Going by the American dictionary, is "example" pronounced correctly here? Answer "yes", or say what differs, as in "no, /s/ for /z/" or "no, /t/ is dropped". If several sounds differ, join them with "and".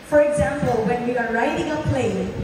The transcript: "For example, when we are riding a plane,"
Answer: yes